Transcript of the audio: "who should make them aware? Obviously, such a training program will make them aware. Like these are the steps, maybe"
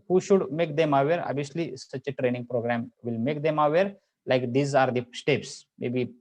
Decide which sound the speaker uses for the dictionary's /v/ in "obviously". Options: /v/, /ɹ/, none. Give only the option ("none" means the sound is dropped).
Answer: none